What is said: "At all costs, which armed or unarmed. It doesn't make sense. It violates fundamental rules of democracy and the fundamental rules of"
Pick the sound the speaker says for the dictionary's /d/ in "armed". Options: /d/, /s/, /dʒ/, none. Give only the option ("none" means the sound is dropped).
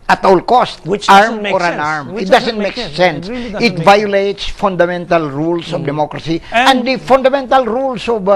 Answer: none